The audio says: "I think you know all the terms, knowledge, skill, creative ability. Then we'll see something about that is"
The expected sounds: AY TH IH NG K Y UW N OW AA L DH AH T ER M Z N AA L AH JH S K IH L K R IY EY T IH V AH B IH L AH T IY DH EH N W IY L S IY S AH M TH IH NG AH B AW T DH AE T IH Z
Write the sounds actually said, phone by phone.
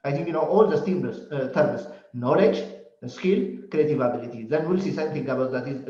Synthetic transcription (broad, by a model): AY T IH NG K Y UW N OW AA L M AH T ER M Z N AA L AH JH S K IH L K R IY EY T IH V AH B IH L AH T IY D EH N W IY L S IY S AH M T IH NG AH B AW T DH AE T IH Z